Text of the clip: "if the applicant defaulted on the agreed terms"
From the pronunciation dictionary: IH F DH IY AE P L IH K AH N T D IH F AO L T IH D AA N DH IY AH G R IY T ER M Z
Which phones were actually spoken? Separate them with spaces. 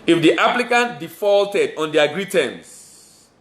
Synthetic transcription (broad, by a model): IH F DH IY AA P L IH K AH N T D IH F AO L T IH D AA N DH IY AH G R IY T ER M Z